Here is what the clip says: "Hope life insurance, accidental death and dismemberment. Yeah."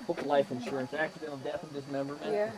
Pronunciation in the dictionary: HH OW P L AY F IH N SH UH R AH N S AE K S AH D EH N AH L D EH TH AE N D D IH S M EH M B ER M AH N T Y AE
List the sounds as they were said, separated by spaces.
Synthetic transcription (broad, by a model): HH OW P L AY F IH N SH UH R AH N S AE K S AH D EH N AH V D EH TH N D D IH S M EH M B ER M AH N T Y